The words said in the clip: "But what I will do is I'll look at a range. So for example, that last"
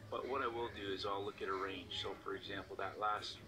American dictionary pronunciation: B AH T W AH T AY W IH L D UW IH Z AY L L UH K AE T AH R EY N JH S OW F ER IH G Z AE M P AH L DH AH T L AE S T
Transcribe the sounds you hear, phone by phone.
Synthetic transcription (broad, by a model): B AH T W AH T AY W IH L D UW IH Z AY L L UH K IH T AH R EY N JH S OW F ER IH G Z AE M P L DH AH T L AE S T